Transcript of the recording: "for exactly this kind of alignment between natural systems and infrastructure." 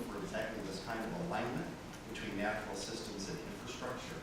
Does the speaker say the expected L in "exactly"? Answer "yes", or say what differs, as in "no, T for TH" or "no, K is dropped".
no, L is dropped